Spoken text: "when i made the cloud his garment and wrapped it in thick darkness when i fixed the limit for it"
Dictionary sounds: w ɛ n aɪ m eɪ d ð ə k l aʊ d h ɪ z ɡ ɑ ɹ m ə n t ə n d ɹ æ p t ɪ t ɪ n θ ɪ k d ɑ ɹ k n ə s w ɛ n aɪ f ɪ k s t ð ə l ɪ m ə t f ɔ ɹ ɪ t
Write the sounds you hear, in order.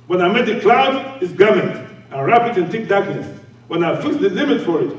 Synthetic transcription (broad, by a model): w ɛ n aɪ m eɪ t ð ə k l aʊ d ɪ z ɡ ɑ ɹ m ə n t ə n ɹ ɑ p ɪ t ɪ n t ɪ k d ɑ ɹ k n ə s w ɛ n aɪ f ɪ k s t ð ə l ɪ m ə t f ɔ ɹ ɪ t